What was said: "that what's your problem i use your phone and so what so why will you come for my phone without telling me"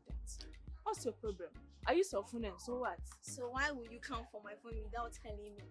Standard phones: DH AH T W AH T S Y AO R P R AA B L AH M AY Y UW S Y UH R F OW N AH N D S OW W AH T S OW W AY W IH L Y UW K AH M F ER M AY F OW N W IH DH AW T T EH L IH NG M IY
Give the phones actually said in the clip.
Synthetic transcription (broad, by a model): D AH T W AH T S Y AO P R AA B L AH M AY Y UW S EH L F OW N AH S S OW W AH T S OW W AY W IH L Y UW K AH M F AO M AY F OW N W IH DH AW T T EH L IH NG M IY